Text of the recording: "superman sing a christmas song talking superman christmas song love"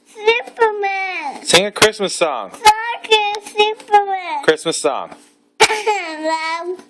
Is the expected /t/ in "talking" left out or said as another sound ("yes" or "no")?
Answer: yes